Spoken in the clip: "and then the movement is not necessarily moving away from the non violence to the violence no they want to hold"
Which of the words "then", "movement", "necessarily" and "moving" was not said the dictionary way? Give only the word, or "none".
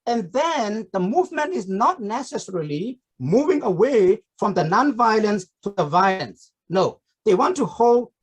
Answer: none